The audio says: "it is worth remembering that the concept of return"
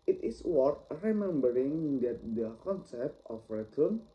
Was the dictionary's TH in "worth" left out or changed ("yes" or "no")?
yes